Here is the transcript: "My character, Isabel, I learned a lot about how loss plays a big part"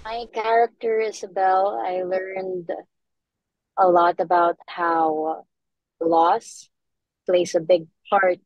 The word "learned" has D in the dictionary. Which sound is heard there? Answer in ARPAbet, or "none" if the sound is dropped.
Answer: D